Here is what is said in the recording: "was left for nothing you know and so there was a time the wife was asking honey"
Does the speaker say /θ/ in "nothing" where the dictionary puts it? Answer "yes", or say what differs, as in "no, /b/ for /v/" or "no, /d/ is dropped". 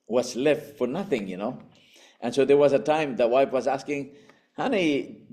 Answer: yes